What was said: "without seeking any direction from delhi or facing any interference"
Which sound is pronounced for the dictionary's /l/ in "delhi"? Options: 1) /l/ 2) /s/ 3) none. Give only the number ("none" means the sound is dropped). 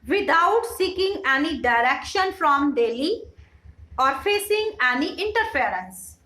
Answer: 1